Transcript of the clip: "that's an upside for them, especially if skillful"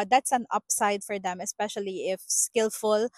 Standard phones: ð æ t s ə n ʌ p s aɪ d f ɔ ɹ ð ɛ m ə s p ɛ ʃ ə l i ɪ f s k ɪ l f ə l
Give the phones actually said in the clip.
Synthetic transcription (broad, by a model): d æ t s ə n ʌ p s aɪ d f ɔ ɹ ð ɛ m ə s p ɛ ʃ ə l i ɪ f s k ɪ l f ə l